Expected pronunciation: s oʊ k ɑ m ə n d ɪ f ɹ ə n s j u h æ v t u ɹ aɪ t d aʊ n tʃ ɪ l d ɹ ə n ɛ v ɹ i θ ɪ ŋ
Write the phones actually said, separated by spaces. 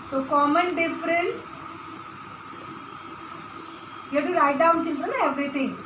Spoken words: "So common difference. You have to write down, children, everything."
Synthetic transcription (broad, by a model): s oʊ k ɑ m ə n d ɪ f ɹ ə n s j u t u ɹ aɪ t d aʊ n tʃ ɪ n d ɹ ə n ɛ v ɹ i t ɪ ŋ